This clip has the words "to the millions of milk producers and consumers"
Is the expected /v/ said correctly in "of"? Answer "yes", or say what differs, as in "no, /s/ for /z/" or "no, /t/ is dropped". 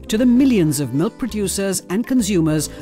yes